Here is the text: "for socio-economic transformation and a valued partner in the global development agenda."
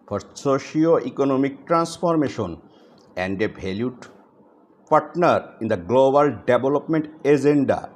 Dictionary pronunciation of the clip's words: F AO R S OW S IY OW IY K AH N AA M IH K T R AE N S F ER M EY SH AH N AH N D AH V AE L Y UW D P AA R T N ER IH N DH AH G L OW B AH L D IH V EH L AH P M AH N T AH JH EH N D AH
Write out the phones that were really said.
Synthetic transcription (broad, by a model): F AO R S OW SH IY OW IY K AH N AA M IH K T R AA N S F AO M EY SH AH N AH N D AH B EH L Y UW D P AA R T N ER IH N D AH G L OW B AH L D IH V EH L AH P M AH N T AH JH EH N D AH